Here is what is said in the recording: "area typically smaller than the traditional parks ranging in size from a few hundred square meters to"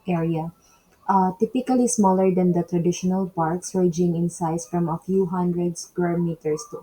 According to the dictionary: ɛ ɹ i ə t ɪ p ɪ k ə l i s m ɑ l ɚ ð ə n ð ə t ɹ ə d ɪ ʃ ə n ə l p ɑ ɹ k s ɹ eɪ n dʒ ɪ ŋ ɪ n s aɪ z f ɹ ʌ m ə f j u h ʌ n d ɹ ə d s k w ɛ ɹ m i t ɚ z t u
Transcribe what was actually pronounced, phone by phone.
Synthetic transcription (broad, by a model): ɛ ɹ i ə t ɪ p ɪ k ə l i s m ɑ l ɚ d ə n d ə t ɹ ə d ɪ ʃ ə n ə l p ɑ ɹ k s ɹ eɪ dʒ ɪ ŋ ɪ n s aɪ s f ɹ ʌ m ə f j u h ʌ n d ɹ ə d s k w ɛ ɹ m i t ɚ s t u